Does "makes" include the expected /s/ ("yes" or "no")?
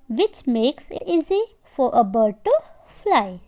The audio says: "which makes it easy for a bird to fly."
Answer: yes